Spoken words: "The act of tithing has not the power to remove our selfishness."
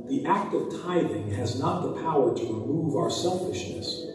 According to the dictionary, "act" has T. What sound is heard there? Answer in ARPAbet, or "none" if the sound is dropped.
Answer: T